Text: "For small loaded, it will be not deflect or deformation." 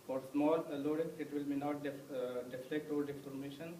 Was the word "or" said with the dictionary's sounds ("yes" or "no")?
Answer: no